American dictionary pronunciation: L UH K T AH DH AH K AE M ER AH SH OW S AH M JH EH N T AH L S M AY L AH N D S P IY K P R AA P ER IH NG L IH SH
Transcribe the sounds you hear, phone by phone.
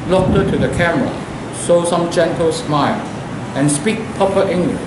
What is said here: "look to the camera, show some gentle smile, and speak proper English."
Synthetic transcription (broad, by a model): L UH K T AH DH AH K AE M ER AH S OW S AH M JH EH N T AH L S M AY L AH N S P IY K P AA P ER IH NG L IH